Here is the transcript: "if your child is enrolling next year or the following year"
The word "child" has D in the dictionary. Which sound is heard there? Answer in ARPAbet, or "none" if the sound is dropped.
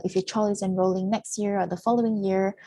none